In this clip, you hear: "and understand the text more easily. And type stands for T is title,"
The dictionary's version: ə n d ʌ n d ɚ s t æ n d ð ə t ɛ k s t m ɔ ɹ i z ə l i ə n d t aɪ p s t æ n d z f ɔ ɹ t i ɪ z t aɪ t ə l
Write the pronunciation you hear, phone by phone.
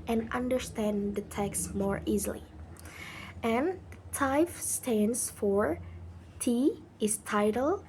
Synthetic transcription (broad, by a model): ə n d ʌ n d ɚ s t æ n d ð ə t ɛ k s m ɔ ɹ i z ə l i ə n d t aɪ f s t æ n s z f ɔ ɹ t i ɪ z t aɪ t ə l